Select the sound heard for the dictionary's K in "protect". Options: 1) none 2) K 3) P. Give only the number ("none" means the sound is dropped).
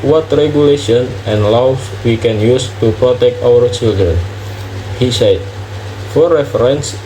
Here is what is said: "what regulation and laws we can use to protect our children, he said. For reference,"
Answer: 2